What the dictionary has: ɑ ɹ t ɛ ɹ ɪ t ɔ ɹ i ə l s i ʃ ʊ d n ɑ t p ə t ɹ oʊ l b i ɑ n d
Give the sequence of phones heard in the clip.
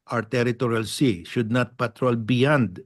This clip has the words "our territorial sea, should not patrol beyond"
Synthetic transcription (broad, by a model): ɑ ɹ t ɛ ɹ ɪ t ɔ ɹ i ə l s i ʃ ʊ d n ɑ t p ə t ɹ oʊ l b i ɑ n d